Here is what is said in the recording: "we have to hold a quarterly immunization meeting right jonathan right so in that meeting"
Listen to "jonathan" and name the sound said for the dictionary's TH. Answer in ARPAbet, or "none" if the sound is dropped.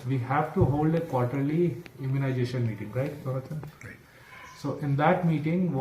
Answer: T